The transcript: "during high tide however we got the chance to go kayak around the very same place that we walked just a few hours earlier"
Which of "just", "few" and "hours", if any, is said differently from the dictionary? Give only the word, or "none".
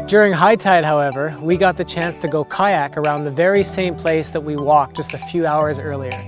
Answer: none